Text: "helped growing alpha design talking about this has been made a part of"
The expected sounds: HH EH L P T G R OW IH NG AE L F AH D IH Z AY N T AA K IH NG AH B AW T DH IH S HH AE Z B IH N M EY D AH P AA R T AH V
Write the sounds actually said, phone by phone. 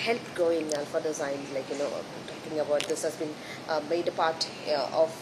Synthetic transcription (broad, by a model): HH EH L P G OW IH NG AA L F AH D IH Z AY N T AA K IH NG AH B AW T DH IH S HH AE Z B IH N M EY D AH P AA R T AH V